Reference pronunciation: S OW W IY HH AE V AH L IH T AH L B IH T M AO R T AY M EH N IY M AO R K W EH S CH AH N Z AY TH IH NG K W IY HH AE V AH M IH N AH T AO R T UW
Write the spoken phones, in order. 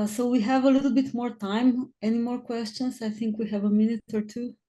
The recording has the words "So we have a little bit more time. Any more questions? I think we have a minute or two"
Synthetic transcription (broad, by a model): S OW W IY HH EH V AH L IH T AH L B IH T M AO R T AY M EH N IY M AO R K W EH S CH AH N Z AY TH IH NG K W IY HH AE V AH M IH N AH T AO R T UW